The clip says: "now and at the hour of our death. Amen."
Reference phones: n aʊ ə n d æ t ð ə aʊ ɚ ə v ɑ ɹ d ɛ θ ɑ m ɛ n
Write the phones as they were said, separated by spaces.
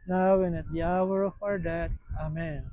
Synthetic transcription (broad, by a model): n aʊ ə n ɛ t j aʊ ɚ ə f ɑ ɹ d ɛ t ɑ m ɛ n